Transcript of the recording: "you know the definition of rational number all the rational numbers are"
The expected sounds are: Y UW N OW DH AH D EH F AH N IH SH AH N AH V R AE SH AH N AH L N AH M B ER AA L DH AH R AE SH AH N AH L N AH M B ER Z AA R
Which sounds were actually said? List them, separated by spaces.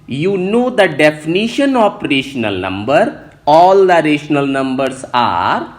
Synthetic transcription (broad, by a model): Y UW N OW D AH D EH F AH N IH SH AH N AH P R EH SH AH N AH L N AH M B ER AA L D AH R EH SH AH N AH L N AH M B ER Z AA R